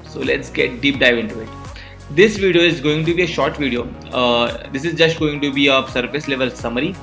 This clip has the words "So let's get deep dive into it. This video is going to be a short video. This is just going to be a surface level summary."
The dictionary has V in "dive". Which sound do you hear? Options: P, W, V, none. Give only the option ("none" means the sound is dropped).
V